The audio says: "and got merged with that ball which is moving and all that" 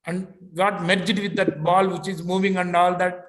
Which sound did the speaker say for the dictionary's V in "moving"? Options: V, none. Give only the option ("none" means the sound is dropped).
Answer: V